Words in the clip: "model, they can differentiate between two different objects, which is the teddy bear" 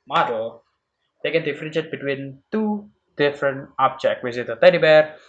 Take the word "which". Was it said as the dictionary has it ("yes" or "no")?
no